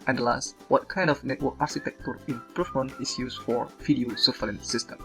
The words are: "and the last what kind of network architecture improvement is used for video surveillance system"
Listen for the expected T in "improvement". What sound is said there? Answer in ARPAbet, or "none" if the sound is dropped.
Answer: none